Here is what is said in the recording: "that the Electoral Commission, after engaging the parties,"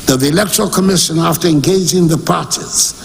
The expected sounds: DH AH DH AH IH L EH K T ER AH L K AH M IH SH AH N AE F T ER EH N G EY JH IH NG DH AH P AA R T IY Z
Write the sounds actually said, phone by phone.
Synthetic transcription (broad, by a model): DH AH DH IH L EH K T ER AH L K AH M IH SH AH N AE F T ER EH N G EY JH IH NG DH AH P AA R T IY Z